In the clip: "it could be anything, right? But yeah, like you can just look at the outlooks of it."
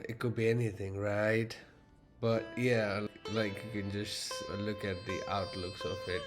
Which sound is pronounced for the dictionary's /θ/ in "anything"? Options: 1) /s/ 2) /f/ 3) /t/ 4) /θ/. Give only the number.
4